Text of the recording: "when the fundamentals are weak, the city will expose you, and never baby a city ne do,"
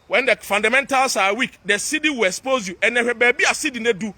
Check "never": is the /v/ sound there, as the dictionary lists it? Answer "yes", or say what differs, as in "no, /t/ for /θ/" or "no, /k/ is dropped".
no, /v/ is dropped